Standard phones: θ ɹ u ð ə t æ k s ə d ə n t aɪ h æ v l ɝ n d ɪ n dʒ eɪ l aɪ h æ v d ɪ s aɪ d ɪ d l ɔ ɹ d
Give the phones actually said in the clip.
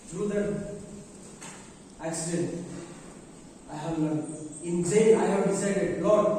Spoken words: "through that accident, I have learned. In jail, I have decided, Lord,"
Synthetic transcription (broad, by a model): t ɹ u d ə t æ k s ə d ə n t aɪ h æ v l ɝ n ɪ n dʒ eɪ n aɪ h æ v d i s aɪ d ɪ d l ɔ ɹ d